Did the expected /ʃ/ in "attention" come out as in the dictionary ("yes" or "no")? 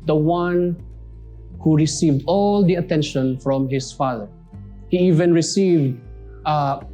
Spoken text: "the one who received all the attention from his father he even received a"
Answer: yes